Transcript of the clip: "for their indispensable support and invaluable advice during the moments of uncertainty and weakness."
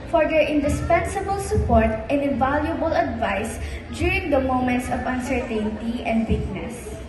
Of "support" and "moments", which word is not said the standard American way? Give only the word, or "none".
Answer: none